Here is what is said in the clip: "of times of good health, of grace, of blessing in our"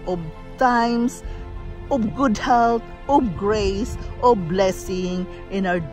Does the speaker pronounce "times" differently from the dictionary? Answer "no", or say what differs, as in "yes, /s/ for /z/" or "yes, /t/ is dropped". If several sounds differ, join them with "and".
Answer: yes, /s/ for /z/